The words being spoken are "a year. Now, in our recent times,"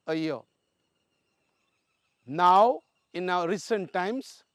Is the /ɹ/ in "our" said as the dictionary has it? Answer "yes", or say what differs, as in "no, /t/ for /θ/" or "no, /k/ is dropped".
no, /w/ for /ɹ/